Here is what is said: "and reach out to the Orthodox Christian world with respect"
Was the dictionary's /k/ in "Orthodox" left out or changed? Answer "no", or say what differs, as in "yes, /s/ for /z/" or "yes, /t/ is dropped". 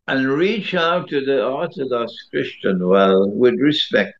no